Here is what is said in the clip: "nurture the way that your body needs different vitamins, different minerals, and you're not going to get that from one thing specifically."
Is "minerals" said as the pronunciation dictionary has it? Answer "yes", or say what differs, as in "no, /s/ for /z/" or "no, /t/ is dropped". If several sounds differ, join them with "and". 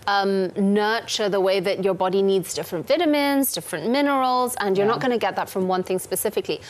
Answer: yes